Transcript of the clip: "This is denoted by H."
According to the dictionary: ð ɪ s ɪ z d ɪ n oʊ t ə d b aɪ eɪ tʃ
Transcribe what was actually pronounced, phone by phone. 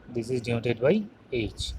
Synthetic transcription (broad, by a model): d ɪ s ɪ z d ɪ oʊ t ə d b aɪ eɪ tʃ